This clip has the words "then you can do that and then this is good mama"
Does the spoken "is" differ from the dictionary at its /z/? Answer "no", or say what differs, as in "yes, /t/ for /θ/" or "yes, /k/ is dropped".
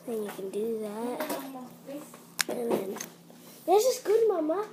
yes, /s/ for /z/